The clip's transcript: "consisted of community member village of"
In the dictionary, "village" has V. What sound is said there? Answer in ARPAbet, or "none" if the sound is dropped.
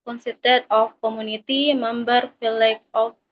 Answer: F